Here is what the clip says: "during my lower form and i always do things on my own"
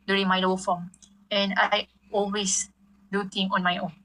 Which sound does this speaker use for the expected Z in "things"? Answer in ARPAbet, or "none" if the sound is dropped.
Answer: none